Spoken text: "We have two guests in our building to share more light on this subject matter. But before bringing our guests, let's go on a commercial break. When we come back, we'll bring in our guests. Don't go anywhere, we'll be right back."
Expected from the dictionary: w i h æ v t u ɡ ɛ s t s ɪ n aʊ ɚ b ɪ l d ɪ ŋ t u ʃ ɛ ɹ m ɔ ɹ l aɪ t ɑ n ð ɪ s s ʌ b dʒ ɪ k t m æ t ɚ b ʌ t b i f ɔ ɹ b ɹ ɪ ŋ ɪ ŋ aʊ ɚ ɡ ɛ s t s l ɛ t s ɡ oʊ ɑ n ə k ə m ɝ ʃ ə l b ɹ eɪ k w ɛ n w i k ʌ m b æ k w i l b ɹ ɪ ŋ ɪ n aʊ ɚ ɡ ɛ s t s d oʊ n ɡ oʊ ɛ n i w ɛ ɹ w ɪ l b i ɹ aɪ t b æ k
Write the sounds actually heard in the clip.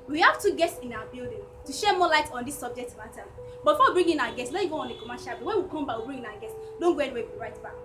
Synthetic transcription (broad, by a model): w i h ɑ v t u ɡ ɛ s t s ɪ n aʊ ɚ b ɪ l d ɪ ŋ t u ʃ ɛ m ɔ l aɪ t ɑ n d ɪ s s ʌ b dʒ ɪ k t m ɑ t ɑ b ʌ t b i f ɔ w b ɹ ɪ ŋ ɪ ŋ aʊ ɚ ɡ ɛ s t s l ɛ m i ɡ oʊ ɑ n ə k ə m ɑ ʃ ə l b eɪ w ɛ n w i k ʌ m b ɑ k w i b ɹ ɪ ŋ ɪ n aʊ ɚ ɡ ɛ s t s d oʊ n ɡ oʊ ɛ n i w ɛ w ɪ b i ɹ aɪ t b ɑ k